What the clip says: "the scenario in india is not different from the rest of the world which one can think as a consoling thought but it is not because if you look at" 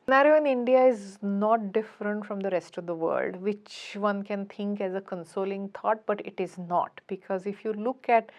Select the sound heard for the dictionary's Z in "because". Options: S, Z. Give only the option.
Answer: Z